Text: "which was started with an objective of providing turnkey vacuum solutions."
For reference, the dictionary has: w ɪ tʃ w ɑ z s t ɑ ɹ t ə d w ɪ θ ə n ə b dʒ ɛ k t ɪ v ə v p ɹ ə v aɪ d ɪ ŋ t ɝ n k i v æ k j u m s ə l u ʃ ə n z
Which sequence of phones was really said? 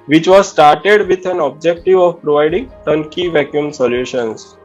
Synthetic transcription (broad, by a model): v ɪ tʃ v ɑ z s t ɑ ɹ t ə d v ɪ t ə n ə b dʒ ɛ k t ɪ v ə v p ɹ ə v aɪ d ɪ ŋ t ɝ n k i v æ k j u m s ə l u ʃ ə n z